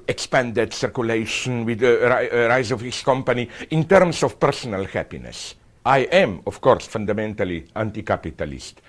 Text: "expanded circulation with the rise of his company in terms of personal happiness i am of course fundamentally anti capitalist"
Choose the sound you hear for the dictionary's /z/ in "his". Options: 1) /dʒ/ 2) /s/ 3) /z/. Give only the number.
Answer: 2